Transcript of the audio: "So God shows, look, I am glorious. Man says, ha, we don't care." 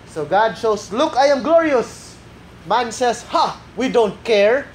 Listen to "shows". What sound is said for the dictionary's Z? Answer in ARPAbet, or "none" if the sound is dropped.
S